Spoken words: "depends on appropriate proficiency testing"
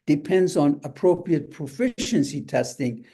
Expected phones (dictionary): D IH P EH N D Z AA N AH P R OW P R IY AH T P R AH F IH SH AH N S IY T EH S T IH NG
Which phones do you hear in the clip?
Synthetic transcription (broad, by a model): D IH P EH N D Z AA N AH P R OW P R IY AH T P R AH F IH SH AH N S IY T EH S T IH NG